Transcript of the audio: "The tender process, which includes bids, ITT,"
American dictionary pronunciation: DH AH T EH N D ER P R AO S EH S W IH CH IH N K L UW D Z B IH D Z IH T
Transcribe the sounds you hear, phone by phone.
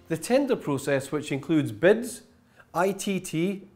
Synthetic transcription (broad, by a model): DH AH T EH N D ER P R AO S EH S W IH CH IH N K L UW D Z B IH D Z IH T